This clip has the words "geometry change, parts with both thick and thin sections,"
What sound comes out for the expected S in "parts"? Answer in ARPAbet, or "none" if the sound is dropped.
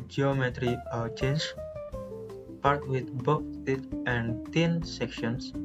none